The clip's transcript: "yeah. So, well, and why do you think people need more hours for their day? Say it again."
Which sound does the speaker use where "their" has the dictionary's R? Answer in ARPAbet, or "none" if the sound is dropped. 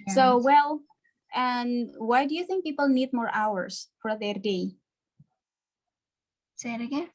R